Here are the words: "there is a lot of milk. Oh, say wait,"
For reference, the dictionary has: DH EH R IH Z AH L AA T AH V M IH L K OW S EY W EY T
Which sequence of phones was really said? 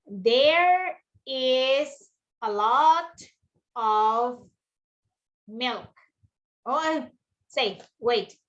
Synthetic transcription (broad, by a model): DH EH R IH Z AH L AA T AH V M IH L K OW S EY W EY T